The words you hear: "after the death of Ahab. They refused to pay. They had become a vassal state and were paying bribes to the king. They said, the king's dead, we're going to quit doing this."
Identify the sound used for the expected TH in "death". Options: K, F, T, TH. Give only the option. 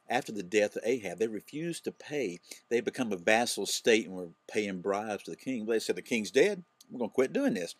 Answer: TH